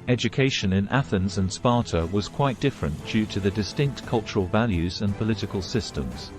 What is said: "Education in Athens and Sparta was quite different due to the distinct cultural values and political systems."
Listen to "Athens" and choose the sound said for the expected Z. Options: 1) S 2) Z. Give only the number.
2